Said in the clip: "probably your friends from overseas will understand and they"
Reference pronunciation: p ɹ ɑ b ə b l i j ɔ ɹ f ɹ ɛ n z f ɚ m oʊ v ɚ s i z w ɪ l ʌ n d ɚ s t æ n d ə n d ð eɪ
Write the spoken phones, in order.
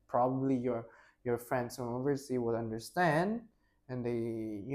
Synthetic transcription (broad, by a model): p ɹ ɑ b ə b l i j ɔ ɹ f ɹ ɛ n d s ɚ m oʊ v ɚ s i w ɪ l ʌ n d ɚ s t æ n d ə n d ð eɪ